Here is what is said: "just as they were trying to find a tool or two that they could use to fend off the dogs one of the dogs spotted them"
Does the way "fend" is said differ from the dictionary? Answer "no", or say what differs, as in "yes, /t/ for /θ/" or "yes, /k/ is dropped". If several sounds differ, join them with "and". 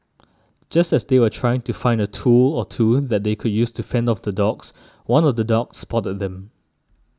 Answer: no